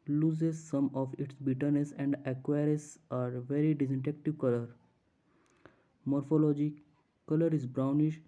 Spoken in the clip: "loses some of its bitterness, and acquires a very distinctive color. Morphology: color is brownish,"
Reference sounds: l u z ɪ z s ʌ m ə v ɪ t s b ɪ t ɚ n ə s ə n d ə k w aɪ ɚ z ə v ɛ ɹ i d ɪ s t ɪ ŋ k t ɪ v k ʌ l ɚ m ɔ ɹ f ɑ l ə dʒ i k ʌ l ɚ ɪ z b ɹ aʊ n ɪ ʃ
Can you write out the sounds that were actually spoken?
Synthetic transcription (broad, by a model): l u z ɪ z s ʌ m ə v ɪ t s b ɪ t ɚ n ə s ə n d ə k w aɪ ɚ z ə v ɛ ɹ i d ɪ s t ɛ k t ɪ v k ʌ l ɚ m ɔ ɹ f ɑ l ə dʒ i k ʌ l ɚ ɪ z b ɹ aʊ n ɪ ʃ